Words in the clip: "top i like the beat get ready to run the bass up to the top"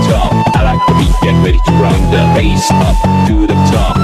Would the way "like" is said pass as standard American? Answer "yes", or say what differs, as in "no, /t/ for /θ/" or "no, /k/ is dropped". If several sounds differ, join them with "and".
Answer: no, /n/ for /l/